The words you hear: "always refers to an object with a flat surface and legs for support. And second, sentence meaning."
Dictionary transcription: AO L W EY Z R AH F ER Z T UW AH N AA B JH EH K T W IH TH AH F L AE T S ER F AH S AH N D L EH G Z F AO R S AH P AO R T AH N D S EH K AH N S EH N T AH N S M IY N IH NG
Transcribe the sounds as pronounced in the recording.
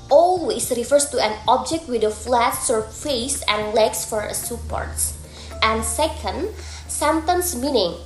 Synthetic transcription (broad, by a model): AO L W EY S R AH F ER S T UW AH N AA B JH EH K T W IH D AH F L AE T S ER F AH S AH N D L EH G S F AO R S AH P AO R T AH N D S EH K AH N S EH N T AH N S M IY N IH NG